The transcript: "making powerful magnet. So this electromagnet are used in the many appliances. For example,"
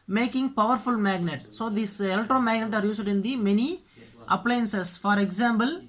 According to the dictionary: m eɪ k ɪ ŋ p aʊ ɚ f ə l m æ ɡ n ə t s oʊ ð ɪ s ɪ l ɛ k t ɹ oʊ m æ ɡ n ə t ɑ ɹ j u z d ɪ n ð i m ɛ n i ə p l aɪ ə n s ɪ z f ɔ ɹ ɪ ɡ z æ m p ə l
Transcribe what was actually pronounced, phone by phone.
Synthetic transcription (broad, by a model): m eɪ k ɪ ŋ p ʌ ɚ f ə l m æ ɡ n ə t s oʊ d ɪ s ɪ l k t ɹ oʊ m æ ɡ n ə t ɑ ɹ j u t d ɪ n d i m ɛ n i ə p l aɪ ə n s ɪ s f ɔ ɹ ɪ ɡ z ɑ m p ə l